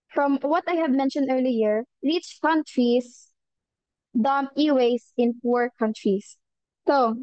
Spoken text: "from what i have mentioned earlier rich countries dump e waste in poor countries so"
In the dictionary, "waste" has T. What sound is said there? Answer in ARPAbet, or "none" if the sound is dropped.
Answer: none